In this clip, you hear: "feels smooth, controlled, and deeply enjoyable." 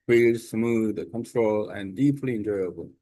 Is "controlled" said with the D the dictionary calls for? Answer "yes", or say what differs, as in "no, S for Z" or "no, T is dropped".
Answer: no, D is dropped